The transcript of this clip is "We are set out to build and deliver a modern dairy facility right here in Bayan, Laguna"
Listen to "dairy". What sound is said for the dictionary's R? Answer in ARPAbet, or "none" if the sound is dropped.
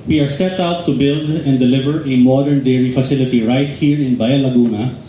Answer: R